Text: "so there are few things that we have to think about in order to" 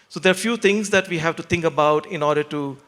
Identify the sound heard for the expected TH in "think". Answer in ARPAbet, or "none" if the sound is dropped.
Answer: T